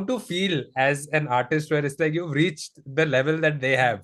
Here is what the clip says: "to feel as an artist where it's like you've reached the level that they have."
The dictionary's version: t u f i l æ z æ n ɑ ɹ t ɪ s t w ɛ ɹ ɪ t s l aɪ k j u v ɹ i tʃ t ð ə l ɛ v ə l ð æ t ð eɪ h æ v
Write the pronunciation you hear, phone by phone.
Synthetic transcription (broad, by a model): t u f i l æ z æ n ɑ ɹ t ɪ s t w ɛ ɹ ɪ t s l aɪ k j u v ɹ i tʃ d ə l ɛ v ə l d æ t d eɪ h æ v